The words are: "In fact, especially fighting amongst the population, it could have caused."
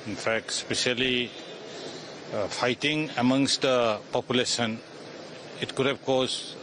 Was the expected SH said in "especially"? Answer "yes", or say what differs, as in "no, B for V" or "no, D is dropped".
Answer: no, S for SH